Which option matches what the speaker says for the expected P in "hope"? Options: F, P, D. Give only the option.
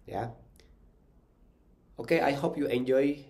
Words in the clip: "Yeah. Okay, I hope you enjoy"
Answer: P